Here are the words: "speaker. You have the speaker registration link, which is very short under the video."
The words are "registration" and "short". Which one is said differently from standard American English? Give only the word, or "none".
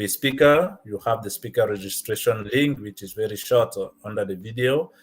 none